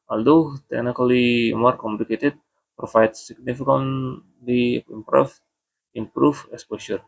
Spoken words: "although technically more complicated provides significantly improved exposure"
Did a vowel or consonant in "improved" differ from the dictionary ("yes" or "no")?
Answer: yes